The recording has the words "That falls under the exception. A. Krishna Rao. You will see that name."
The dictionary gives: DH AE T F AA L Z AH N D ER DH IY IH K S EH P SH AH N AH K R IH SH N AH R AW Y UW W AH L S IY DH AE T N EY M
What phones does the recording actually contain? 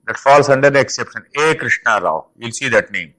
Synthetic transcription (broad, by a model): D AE T F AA L S AH N D ER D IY IH K S EH P SH AH N AH K R IH SH N AH R AW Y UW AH L S IY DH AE T N EY M